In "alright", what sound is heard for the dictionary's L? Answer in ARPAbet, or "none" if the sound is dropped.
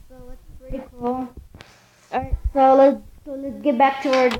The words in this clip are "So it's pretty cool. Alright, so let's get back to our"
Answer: none